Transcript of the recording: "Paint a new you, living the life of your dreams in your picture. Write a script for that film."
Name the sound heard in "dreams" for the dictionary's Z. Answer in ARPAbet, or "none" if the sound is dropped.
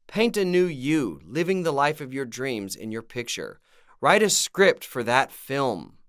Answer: Z